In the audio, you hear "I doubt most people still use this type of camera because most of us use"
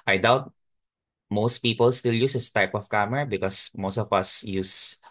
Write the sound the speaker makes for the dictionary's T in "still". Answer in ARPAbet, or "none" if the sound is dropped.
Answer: T